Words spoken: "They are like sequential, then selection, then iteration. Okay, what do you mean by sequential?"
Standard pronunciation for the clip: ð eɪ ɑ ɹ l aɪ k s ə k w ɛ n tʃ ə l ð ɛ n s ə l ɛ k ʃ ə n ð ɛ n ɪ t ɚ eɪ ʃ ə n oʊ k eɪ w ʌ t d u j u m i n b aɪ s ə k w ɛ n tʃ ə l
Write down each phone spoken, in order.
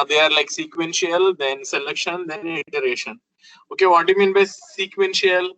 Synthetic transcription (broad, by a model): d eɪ ɑ ɹ l aɪ k s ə k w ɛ n ʃ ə l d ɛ n s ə l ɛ k ʃ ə n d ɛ n ɪ t ɚ eɪ ʃ ə n oʊ k eɪ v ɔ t d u j u m i n b aɪ s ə k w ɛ n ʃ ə l